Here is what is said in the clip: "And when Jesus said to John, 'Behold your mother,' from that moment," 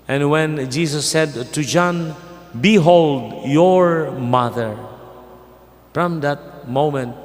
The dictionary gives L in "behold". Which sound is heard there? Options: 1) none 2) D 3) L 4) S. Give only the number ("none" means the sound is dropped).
3